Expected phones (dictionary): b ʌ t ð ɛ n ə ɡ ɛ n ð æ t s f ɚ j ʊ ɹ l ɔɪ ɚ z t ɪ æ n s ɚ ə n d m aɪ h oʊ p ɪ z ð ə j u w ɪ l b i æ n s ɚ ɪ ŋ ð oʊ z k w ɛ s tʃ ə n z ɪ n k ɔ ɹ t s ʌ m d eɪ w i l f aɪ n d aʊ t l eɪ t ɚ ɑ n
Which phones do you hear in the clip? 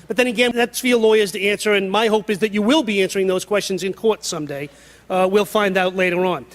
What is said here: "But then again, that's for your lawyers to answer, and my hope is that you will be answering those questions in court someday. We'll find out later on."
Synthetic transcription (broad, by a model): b ʌ t ð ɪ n ə ɡ ɛ n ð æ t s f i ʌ l ɔɪ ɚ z t ɪ æ n s ɚ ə n m aɪ h oʊ p ɪ z ð ə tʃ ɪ w ɪ l b i æ n s ɚ ɪ ŋ ð oʊ z k w ɛ s tʃ ə n z ɪ n k ɔ ɹ t s ʌ m d eɪ w i l f aɪ n d aʊ t l eɪ t ɚ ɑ n